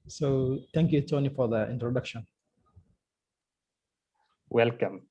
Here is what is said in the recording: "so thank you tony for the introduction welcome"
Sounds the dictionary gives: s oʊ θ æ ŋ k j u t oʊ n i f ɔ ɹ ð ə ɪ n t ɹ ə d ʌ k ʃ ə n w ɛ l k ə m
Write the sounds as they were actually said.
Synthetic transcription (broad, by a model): s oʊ t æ ŋ k j u t oʊ n i f ɔ ɹ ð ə ɪ n t ɹ ə d ʌ k ʃ ə n w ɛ l k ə m